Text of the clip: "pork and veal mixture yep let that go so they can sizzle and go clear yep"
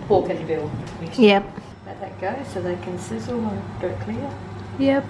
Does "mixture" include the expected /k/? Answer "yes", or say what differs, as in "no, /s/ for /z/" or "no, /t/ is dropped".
no, /k/ is dropped